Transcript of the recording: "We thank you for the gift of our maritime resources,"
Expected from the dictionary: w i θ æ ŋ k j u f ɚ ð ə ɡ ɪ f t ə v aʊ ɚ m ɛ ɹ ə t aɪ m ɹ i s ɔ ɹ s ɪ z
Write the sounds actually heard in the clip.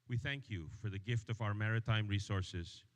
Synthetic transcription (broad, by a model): w i θ æ ŋ k j u f ɚ ð ə ɡ ɪ f t ə v aʊ ɚ m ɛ ɹ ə t aɪ m ɹ i s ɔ ɹ s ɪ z